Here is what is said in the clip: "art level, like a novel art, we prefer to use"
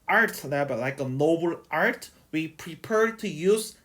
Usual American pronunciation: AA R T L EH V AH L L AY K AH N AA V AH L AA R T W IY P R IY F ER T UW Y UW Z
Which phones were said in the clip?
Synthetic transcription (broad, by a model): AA R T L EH B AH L L AY K AH N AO B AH L AA R T W IY P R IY P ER T UW Y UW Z